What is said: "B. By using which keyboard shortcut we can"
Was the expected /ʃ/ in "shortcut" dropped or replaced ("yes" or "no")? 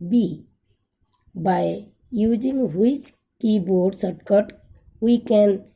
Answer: yes